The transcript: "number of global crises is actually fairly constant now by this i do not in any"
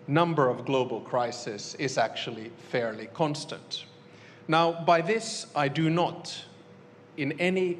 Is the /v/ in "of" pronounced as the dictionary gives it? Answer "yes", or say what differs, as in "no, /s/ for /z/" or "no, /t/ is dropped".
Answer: yes